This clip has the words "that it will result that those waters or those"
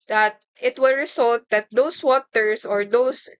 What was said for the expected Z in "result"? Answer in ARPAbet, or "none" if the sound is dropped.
S